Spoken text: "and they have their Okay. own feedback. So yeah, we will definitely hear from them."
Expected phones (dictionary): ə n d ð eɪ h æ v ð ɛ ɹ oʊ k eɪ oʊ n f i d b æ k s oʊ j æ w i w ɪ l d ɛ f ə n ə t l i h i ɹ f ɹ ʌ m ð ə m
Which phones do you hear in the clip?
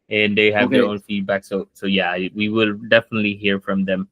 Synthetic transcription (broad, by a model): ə n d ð eɪ h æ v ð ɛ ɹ oʊ ʊ n f i d b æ k s oʊ j æ w i w ɪ l d ɛ f ə n ə t l i h i ɹ f ɹ ʌ m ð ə m